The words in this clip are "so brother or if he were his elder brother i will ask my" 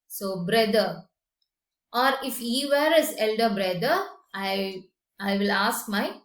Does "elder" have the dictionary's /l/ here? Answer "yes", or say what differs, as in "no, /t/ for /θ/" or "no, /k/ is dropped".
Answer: yes